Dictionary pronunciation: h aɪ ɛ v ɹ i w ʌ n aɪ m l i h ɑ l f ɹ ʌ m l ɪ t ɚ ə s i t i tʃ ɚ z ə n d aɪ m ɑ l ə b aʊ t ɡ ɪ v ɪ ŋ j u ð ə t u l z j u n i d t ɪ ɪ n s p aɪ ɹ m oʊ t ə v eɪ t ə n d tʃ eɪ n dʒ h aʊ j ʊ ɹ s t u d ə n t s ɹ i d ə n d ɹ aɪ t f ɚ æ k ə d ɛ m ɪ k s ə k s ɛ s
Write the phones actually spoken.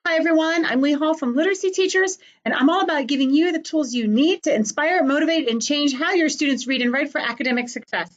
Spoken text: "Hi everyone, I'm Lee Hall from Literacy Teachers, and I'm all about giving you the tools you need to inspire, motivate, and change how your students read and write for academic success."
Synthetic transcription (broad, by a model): h aɪ ɛ v ɹ i w ʌ n aɪ m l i h ɑ l f ɹ ʌ m l ɪ t ɚ ə s i t i tʃ ɚ z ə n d aɪ m ɑ l ə b aʊ t ɡ ɪ v ɪ ŋ j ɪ ð ə t u l z j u n i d t ɪ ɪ n s p aɪ ɹ m oʊ t ə v eɪ t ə n tʃ eɪ n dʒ h aʊ j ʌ ɹ s t u d n t s ɹ i d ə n ɹ aɪ t f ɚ æ k ə d ɛ m ɪ k s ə k s ɛ s